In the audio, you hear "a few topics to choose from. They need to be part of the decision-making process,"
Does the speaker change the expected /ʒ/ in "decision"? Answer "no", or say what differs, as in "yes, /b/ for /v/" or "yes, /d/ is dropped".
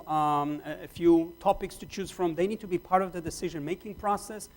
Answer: no